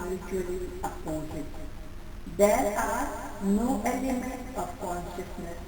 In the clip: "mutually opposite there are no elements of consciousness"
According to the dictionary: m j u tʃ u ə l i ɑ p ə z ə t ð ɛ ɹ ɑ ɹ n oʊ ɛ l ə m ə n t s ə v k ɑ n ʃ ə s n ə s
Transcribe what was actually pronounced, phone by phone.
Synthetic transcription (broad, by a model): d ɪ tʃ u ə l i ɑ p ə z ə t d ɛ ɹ ɑ ɹ n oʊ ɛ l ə m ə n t ə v k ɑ n ʃ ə s n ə s